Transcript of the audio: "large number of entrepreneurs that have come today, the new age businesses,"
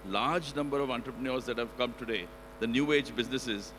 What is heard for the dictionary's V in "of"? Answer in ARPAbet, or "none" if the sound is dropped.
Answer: V